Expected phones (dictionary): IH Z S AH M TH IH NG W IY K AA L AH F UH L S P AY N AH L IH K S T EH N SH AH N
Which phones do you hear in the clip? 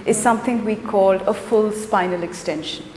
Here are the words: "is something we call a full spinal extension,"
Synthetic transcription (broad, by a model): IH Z S AH M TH IH NG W IY K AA L AH F UH L S P AY N AH L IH K S T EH N SH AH N